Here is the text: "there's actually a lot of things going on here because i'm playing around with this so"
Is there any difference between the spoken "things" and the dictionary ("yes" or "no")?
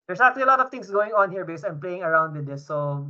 yes